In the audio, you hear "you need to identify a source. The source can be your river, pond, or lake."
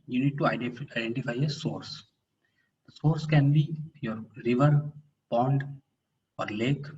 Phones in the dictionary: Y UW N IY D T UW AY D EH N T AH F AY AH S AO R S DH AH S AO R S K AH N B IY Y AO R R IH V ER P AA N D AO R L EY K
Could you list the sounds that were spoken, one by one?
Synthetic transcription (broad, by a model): Y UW N IY D T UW AY D EH N T AH F AY AH S AO R S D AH S AO R S K AH N B IY Y AO R R IH V ER P AA N D AO R L EY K